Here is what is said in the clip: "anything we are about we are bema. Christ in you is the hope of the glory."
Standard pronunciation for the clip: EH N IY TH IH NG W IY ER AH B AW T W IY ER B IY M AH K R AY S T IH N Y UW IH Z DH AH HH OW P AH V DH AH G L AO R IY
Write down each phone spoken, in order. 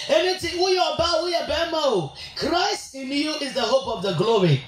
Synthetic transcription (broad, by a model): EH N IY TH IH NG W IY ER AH B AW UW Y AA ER B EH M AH K R AY S T IH N Y UW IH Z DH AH HH OW P AH V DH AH G L AO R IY